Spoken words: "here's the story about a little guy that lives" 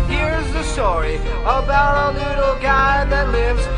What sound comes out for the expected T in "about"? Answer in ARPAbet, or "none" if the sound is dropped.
T